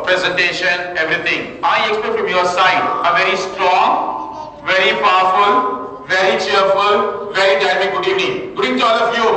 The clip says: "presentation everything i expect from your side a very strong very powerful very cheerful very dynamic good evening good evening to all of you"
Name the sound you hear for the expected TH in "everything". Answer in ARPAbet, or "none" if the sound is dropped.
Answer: T